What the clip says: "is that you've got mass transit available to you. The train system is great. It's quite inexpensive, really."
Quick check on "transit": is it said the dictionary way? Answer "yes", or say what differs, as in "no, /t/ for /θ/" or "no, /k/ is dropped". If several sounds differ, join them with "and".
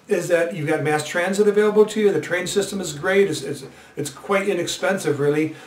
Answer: yes